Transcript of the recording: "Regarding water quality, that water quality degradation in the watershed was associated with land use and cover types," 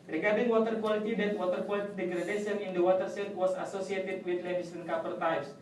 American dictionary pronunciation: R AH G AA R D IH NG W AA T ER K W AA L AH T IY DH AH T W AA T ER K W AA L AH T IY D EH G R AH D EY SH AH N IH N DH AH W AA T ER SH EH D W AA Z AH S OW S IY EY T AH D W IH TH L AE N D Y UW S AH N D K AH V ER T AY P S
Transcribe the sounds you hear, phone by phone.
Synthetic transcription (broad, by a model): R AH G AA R D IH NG W AA T ER K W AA L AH T IY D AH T W AA T ER K W AA L AH T IY D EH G R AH D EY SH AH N IH N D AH W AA T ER S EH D W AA S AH S OW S IY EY T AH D W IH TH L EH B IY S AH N K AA P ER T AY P S